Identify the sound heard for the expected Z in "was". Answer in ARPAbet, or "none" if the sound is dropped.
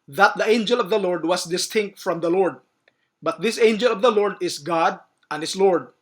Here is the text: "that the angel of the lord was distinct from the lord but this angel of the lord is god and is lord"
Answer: S